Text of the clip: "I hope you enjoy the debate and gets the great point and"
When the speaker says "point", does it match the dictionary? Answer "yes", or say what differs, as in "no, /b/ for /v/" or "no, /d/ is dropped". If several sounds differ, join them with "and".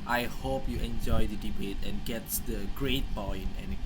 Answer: no, /b/ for /p/ and /t/ is dropped